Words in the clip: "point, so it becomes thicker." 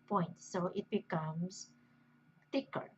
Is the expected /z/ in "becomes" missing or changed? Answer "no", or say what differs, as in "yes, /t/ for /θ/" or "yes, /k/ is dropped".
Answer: yes, /s/ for /z/